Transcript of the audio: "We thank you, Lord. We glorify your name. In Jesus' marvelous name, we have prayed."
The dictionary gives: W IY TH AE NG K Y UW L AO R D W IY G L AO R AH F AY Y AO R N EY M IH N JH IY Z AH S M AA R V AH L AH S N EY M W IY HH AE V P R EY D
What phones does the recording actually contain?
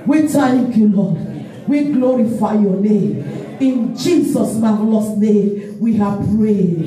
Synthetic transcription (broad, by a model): W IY T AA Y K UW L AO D W IY G L AO R AH F AY Y AO N EY M IH N JH IY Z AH S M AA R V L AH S N EY M W IY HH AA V P R EY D